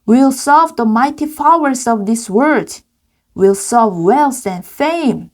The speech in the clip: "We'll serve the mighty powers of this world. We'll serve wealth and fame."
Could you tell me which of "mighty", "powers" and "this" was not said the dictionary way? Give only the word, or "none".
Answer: powers